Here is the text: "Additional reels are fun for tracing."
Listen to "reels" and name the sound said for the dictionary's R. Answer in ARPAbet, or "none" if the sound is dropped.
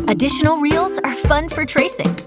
R